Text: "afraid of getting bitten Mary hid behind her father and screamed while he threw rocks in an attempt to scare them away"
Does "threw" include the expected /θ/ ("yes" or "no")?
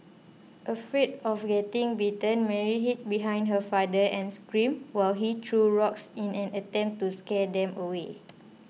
no